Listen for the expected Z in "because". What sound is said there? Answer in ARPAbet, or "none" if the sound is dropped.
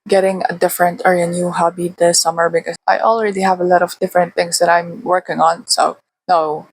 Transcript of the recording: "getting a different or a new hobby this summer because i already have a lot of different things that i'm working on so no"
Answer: none